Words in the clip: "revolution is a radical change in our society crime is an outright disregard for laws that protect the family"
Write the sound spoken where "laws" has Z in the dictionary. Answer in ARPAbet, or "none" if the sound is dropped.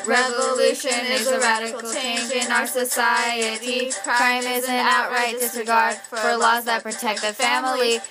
Z